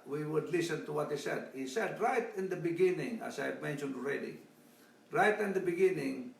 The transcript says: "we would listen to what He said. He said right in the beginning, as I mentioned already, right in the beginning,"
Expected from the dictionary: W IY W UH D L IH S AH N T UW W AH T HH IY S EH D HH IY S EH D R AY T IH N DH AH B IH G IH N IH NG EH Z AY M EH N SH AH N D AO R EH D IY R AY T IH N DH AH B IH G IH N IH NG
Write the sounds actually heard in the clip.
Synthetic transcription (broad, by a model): W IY W UH D L IH S AH N T UW W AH T HH IY S EH D HH IY S EH D R AY T IH N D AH B IH G IH N IH NG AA S AY M EH N SH AH N D AO R EH D IY R AY T IH N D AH B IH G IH N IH NG